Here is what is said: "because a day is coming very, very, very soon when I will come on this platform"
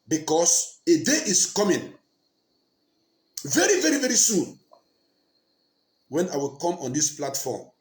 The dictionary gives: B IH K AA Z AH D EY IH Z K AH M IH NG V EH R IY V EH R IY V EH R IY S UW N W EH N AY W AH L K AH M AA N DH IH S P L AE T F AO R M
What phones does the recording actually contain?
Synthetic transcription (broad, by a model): B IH K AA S AH D EY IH S K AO M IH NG V EH R IY V EH R IY V EH R IY S UW N W EH N AY W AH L K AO M AA N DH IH S P L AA T F AO M